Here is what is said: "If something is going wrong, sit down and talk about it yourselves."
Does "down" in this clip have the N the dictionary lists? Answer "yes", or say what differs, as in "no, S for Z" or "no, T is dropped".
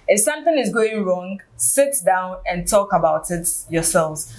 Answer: yes